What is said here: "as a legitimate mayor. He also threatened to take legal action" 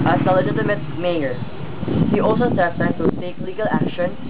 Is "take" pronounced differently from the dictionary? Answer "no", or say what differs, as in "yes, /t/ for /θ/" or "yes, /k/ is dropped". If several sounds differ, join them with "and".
yes, /s/ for /t/